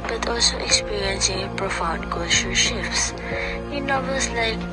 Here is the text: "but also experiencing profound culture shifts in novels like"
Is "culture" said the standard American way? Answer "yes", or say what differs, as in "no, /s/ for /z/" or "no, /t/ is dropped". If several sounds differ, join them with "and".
no, /ʃ/ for /tʃ/